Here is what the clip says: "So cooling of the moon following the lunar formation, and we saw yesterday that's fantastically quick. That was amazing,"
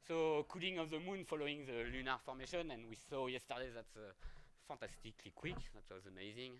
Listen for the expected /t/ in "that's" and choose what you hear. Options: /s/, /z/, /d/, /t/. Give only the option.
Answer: /t/